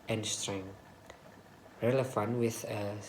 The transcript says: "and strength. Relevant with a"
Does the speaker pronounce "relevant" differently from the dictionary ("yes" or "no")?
yes